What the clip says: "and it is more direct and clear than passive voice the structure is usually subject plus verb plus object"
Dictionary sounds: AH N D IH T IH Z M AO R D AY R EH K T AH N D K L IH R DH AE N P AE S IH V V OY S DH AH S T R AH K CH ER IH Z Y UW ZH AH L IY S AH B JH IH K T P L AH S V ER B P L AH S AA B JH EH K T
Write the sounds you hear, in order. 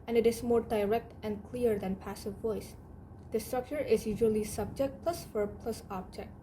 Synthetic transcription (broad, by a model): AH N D IH T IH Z M AO R D AY R EH K T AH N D K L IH R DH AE N P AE S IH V V OY S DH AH S T R AH K CH ER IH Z Y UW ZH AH L IY S AH B JH IH K T P L AH S F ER P L AH S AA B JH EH K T